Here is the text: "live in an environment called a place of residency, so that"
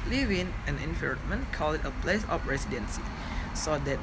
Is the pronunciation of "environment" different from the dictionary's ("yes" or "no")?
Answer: yes